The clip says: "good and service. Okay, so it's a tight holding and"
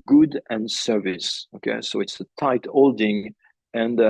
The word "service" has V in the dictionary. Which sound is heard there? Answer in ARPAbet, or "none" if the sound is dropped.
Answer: V